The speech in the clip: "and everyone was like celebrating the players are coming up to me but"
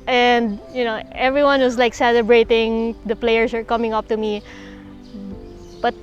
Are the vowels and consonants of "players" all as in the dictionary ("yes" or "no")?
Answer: no